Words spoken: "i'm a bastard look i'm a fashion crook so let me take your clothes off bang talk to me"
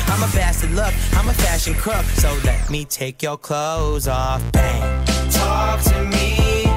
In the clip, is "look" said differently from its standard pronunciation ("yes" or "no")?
no